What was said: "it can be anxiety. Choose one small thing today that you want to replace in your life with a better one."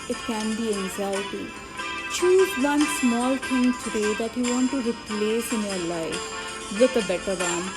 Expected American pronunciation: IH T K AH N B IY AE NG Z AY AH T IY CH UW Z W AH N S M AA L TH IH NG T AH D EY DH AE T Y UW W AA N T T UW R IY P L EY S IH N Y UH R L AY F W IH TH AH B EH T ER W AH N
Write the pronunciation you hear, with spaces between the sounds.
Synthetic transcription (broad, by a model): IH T K AH N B IY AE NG Z AY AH T IY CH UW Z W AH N S M AA L T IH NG T AH D EY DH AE T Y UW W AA N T T UW R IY P L EY S IH N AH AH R L AY F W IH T AH B EH T ER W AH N